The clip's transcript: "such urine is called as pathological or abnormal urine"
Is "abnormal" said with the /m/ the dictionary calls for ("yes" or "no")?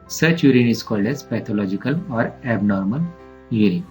yes